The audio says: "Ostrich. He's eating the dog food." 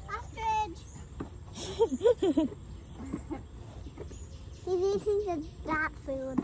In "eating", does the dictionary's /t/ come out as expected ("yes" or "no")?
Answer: no